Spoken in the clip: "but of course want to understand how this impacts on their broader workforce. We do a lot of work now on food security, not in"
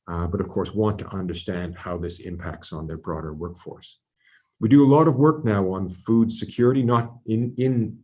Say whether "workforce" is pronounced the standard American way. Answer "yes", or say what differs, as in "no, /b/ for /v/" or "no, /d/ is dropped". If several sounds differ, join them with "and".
yes